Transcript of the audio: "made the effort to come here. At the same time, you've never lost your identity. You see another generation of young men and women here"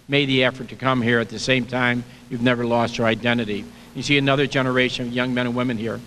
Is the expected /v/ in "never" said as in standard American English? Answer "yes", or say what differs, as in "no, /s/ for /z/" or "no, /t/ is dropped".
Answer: yes